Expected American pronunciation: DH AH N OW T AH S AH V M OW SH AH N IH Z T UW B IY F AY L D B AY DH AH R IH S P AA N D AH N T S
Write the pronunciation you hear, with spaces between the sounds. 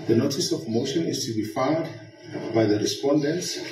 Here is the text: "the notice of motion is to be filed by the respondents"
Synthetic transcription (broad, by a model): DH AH N OW T AH S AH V M OW SH AH N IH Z T UW B IY F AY D B AY DH AH R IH S P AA N D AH N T S